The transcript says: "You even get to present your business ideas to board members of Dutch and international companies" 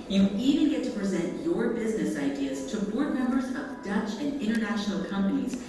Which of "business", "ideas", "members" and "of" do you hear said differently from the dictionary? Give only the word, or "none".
none